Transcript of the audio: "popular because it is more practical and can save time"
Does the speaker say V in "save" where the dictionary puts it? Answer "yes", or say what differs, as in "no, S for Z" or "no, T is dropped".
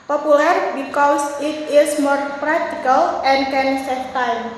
no, F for V